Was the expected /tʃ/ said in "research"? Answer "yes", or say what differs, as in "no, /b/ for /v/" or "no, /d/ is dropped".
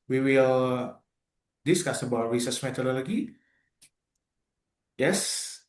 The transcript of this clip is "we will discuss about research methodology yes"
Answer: no, /s/ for /tʃ/